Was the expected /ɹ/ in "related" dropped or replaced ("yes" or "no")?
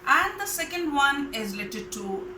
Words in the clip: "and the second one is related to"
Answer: yes